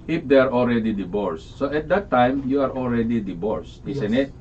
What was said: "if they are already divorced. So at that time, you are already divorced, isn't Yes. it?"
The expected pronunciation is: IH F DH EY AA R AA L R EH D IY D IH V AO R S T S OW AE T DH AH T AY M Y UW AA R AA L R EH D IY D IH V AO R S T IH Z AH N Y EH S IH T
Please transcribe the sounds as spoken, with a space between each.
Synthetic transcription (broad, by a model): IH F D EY AA R AA L R EH D IY D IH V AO R S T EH T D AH T AY M Y UW AA R AA L R EH D IY D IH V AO R S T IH S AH N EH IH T